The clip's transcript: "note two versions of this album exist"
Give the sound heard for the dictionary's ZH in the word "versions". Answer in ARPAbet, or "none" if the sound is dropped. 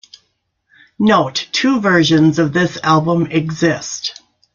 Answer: ZH